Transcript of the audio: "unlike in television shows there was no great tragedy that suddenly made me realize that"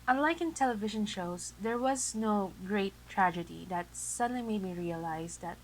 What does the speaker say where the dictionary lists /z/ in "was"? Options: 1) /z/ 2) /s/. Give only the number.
1